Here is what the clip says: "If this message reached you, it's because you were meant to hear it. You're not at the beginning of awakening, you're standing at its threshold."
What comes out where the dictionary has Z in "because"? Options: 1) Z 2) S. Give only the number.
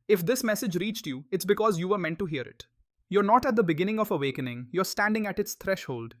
1